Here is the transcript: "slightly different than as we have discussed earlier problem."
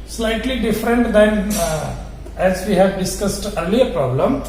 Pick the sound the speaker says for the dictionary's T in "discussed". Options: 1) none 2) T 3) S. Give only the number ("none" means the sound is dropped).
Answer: 2